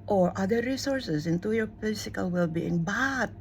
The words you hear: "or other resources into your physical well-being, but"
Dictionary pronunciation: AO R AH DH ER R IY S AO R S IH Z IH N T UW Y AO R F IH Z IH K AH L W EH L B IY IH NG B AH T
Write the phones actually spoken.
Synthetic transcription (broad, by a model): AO R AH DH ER R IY S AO R S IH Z IH N T UW Y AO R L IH S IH K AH L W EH L B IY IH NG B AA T